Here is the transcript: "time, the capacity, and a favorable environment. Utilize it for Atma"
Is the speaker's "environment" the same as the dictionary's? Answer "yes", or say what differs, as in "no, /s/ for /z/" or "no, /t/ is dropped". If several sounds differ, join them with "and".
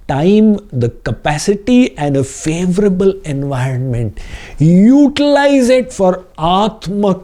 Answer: yes